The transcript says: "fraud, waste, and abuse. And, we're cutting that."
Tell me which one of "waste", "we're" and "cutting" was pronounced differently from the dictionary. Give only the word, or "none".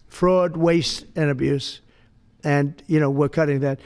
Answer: none